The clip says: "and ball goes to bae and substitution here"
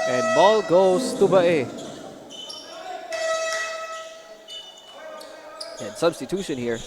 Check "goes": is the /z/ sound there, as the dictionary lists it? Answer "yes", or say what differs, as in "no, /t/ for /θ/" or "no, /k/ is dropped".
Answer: no, /s/ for /z/